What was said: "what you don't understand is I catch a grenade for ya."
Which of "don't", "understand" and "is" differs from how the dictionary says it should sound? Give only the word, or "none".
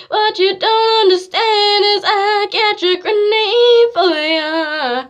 none